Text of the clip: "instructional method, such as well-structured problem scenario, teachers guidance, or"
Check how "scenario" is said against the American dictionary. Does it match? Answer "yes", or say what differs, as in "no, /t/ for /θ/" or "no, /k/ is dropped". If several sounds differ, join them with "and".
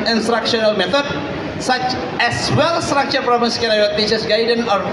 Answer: no, /w/ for /ɹ/